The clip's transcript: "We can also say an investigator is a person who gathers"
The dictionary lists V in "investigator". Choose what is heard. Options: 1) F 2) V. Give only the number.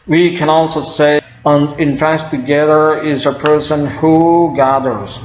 1